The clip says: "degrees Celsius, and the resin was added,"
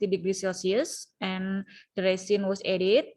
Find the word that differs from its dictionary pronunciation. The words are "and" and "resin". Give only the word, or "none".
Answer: resin